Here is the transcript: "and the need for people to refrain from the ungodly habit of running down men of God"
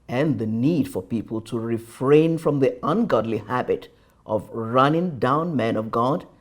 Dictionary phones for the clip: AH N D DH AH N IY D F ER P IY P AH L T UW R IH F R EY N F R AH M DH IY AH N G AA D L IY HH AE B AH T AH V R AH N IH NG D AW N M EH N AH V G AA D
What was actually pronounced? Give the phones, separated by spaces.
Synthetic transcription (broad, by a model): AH N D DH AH N IY D F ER P IY P AH L T UW R IH F R EY N F R AH M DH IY AH N G AA D L IY HH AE B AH T AH V R AH N IH NG D AW N M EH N AH V G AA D